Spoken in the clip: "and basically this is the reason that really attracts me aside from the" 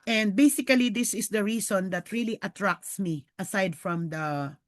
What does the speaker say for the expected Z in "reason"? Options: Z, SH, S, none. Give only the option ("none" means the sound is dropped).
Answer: S